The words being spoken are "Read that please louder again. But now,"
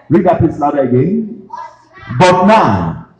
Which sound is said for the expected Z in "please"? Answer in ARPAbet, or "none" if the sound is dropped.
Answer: S